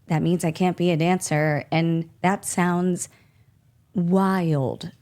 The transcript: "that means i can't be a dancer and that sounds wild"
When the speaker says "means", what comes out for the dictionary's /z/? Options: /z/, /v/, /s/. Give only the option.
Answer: /z/